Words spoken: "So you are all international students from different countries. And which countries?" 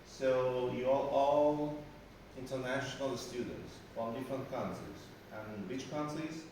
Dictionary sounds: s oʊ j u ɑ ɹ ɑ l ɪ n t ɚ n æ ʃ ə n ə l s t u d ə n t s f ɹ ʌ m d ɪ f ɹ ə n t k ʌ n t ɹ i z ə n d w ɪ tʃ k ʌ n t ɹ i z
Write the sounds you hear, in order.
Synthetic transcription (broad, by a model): s oʊ j u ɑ l ɑ l ɪ n t ɚ n æ ʃ ə n ə l s t u d ə n t s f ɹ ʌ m d ɪ f ɹ ə n t k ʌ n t i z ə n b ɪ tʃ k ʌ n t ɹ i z